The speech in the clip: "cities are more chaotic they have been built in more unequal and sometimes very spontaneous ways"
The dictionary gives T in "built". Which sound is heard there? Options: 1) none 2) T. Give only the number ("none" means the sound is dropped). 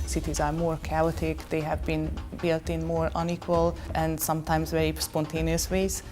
2